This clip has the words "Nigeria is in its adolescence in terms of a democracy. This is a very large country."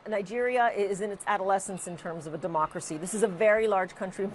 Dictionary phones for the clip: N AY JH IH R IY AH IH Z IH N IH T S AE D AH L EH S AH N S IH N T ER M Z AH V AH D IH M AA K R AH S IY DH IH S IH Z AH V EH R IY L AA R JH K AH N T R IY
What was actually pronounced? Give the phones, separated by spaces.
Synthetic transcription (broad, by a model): N AY JH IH R IY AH IH Z IH N IH T S AE D AH L EH S AH N S IH N T ER M Z AH V AH D IH M AA K R AH S IY DH IH S IH Z AH V EH R IY L AA R JH K AH N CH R IY